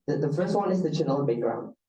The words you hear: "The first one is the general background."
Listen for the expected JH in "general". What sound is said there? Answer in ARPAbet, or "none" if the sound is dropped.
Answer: CH